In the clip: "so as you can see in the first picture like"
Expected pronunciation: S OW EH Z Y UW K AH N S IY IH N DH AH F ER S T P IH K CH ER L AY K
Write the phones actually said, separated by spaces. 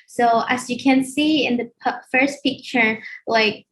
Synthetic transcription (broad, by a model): S OW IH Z Y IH K AH N S IY IH N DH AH F ER S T P IH K CH ER L AY K